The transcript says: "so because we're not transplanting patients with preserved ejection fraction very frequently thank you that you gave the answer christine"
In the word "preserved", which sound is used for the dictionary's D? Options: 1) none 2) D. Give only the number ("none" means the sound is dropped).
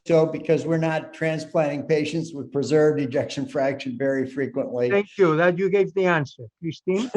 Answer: 2